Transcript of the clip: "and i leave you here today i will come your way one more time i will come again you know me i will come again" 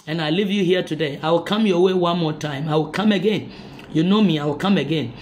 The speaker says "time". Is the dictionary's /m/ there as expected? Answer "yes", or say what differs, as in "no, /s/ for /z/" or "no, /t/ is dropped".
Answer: yes